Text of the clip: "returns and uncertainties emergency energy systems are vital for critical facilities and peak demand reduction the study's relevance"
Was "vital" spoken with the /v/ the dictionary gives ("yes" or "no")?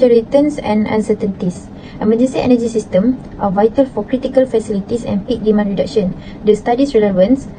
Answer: yes